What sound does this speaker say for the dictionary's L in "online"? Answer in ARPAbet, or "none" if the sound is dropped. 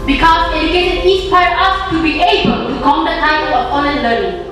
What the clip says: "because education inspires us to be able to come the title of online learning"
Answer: none